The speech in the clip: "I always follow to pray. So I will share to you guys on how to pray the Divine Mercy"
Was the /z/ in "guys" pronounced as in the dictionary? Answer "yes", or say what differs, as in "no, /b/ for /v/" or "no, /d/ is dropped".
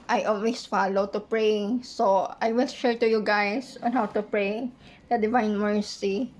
no, /s/ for /z/